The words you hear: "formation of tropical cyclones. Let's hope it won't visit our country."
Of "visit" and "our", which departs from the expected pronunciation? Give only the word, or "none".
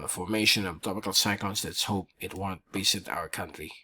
visit